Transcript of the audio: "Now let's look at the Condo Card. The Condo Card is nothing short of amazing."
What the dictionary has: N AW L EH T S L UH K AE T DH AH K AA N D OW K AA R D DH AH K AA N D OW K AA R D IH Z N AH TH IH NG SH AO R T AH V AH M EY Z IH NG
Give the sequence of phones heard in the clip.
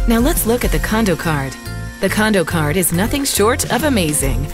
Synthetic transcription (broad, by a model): N AW L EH T S L UH K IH T DH AH K AA N D OW K AA R D DH AH K AA N D OW K AA R D IH Z N AH TH IH NG SH AO R T AH V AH M EY Z IH NG